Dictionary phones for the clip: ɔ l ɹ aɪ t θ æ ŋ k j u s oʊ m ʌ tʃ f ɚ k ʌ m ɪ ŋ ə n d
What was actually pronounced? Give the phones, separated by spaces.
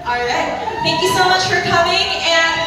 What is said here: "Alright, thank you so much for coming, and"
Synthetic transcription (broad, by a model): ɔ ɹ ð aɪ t t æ ŋ k j u s oʊ m ʌ tʃ f ɚ k ʌ m ɪ ŋ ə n